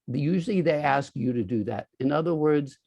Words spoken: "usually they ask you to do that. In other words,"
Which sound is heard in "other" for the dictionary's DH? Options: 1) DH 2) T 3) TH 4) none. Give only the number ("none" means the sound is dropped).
1